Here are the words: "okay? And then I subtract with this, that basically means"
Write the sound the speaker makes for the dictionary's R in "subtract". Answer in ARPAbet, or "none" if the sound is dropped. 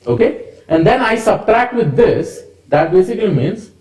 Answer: R